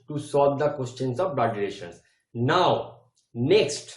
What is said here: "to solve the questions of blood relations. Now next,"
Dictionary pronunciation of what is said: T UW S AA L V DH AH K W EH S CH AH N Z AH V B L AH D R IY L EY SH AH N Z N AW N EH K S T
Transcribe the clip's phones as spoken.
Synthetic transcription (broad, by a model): T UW S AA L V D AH K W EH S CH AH N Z AH V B AH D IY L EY SH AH N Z N AW N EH K S T